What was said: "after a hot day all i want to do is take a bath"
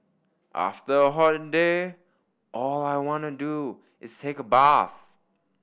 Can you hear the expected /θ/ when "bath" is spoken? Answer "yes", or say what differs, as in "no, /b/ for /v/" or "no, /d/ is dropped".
yes